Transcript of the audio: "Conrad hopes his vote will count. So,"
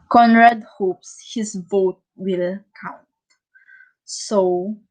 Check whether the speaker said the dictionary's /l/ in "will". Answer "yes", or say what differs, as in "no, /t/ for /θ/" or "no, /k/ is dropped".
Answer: yes